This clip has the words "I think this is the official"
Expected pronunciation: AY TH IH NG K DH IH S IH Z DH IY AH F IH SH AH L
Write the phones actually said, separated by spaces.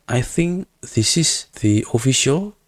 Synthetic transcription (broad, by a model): AY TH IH NG K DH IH S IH S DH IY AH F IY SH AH L